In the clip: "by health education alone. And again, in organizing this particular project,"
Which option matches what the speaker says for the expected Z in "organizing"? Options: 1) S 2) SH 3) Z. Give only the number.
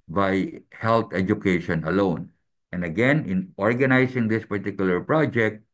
1